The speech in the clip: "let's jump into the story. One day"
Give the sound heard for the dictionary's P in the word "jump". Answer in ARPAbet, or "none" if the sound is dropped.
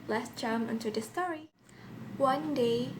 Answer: none